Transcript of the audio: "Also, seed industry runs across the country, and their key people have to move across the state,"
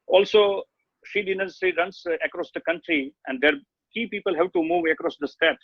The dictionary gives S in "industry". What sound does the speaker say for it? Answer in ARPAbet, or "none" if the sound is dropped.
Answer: none